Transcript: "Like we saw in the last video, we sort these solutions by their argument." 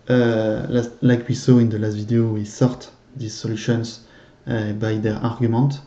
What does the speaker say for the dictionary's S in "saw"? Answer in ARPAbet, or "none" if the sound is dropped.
S